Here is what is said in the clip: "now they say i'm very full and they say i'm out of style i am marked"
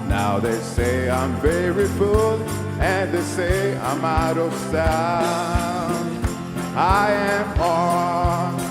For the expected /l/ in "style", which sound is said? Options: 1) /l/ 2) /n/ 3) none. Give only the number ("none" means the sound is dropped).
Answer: 2